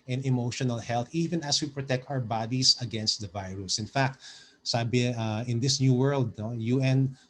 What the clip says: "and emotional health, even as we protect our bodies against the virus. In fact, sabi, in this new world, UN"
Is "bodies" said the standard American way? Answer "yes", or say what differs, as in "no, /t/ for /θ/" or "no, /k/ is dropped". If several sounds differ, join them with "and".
no, /s/ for /z/